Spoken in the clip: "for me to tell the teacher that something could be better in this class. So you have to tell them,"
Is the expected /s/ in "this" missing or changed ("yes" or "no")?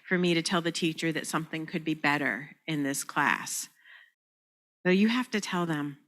no